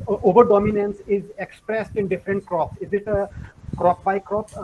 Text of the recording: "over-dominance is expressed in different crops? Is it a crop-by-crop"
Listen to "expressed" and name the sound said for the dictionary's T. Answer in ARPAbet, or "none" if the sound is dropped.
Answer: T